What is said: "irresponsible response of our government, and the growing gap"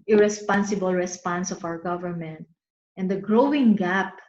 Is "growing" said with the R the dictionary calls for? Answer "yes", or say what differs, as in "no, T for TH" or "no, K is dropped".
yes